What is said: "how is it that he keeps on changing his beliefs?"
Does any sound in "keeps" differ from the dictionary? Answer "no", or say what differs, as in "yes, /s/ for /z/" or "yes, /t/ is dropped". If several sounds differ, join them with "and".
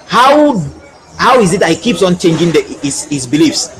no